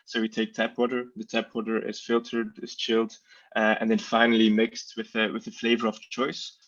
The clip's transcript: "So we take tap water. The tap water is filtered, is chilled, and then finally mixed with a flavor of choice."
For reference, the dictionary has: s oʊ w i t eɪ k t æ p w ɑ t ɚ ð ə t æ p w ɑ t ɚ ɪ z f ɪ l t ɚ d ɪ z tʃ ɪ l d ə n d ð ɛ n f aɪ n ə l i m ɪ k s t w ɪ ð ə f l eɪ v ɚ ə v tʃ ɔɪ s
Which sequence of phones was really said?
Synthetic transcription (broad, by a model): s oʊ w i t eɪ k t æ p w ɑ t ɚ ð ə t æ p w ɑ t ɚ ɪ z f ɪ l t ɚ d ɪ z tʃ ɪ l d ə n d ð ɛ n f aɪ n l i m ɪ k s t w ɪ ð ə f l eɪ v ɚ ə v tʃ ɔɪ s